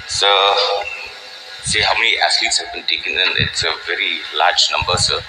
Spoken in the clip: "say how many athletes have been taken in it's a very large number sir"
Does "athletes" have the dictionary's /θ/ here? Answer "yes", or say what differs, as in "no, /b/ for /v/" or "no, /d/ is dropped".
no, /s/ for /θ/